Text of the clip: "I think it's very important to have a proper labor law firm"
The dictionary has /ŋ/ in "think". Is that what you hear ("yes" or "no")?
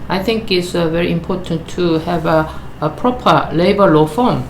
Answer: yes